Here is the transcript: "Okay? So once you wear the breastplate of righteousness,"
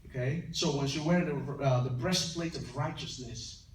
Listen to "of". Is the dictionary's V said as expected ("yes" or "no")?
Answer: yes